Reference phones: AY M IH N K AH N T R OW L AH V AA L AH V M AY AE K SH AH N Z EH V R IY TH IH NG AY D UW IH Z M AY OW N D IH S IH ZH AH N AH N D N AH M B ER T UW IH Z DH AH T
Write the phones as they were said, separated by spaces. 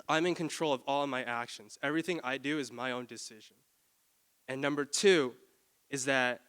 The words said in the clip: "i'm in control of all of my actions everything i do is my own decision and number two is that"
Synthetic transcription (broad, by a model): AY M IH N K AH N T R OW L AH V AA L AH V M AY AE K SH AH N Z EH V R IY TH IH NG AY D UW IH Z M AY OW N D IH S IH ZH AH N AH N N AH M B ER T UW IH Z DH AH T